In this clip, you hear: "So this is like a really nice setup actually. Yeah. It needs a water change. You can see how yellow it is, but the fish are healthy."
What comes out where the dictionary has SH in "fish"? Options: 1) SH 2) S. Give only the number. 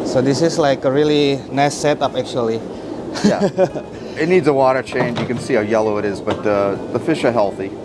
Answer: 1